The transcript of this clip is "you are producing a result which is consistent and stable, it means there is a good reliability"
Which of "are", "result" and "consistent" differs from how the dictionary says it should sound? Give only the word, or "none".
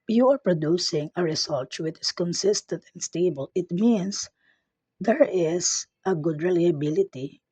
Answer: result